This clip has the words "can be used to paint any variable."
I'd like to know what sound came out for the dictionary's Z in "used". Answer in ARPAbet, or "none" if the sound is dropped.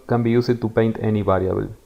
S